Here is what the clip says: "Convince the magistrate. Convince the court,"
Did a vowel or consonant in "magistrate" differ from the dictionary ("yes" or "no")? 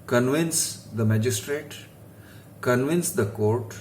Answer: no